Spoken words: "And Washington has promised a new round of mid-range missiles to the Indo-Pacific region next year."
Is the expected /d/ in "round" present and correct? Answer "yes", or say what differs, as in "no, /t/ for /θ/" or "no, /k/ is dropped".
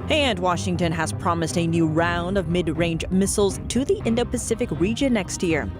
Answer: yes